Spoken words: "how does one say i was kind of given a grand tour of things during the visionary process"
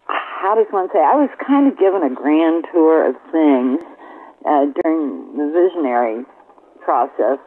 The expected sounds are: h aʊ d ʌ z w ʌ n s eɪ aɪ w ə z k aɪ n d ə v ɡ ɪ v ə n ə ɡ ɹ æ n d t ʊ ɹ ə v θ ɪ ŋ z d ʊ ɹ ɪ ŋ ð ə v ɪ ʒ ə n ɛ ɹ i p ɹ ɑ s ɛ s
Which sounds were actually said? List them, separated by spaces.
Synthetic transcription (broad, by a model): h aʊ d ʌ z w ʌ n s eɪ aɪ w ə z k aɪ n d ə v ɡ ɪ v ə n ə ɡ ɹ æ n t ʊ ɹ ə v θ ɪ ŋ z d ʊ ɹ ɪ ŋ ð ə v ɪ ʒ ə n ɛ ɹ i p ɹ ɑ s ɛ s